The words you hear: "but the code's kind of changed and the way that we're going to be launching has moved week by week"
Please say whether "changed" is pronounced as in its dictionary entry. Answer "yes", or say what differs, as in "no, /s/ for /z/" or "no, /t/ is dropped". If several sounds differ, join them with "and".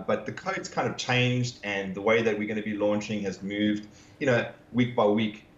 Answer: yes